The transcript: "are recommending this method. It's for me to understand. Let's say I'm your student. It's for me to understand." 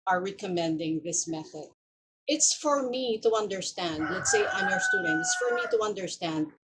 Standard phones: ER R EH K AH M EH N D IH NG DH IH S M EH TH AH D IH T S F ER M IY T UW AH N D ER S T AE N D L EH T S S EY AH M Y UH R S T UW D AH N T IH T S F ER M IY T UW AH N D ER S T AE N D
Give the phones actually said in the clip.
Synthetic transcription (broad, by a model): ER R EH K AH M EH N D IH NG DH IH S M EH TH AH D IH T S F ER M IY T UW AH N D ER S T AE N D L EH T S S EY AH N Y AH R S T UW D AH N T IH T S F ER M IY T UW AH N D ER S T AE N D